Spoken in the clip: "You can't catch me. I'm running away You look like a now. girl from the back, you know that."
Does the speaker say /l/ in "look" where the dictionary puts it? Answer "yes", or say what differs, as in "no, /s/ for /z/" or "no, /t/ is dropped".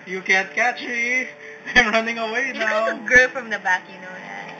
no, /n/ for /l/